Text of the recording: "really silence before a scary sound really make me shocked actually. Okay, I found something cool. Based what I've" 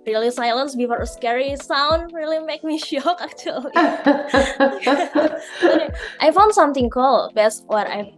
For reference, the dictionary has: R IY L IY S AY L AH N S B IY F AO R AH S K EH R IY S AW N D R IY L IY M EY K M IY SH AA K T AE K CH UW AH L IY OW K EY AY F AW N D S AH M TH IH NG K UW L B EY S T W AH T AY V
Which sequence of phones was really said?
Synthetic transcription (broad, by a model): R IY L IY S AY L AH N S B IY F AO R AH S K EH R IY S AW N D R IY L IY M EY K M IY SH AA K AE K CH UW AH L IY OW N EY AY F AW N D S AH M T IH NG K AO L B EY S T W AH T AY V